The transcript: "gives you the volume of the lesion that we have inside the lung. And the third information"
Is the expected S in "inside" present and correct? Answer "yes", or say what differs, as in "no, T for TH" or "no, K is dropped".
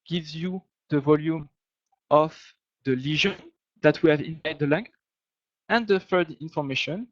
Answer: no, S is dropped